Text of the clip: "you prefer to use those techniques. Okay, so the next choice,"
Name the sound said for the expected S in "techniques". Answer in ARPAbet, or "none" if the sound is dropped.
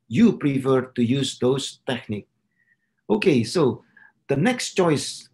none